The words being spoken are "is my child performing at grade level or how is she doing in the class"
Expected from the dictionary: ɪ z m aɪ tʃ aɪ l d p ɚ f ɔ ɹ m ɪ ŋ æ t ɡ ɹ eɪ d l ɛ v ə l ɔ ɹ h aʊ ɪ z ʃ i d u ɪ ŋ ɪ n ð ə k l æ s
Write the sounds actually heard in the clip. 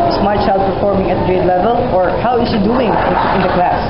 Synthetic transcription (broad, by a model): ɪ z m aɪ tʃ aɪ l d p ɚ f ɔ ɹ m ɪ ŋ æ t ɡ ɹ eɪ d l ɛ v ə l ɔ ɹ h aʊ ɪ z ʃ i d u ɪ ŋ ɪ n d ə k l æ s